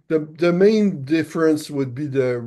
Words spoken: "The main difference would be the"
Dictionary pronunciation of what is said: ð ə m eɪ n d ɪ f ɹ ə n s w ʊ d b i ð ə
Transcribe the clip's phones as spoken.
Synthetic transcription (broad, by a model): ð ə m eɪ n d ɪ f ɹ ə n s w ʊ d b i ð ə